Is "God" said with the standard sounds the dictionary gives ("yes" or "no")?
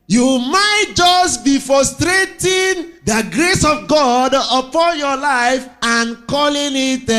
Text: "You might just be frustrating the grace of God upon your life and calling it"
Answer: yes